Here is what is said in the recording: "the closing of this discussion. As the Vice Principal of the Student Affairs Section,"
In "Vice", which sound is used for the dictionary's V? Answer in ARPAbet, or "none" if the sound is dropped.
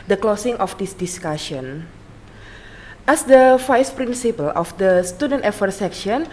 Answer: F